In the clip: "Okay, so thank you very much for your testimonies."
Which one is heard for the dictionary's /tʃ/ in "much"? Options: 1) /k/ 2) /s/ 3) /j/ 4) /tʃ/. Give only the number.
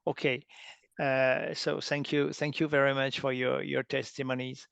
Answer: 4